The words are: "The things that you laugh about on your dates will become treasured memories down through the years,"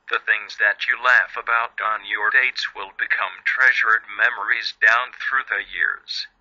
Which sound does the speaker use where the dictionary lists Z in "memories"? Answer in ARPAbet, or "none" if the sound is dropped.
Z